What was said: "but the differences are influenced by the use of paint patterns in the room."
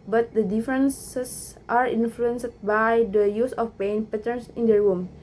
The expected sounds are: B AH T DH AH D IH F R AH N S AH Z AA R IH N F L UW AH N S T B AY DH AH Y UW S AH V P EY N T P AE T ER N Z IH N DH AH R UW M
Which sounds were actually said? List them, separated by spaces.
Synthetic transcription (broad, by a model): B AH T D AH D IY F R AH N S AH S AA R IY N F L UW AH N S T B AY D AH Y UW S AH F P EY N P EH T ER N S IH N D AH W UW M